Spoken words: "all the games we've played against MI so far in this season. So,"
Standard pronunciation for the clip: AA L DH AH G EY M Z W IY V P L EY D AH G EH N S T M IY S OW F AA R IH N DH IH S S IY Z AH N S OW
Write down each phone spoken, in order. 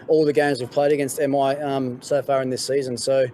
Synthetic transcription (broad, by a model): AA L DH AH G EY M Z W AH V P L EY D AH G EH N S T M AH S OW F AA R IH N DH IH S S IY Z AH N S OW